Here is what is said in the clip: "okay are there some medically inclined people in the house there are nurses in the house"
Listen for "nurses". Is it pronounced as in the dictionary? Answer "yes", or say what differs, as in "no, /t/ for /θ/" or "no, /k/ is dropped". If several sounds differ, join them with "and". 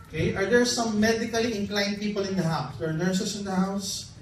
no, /s/ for /z/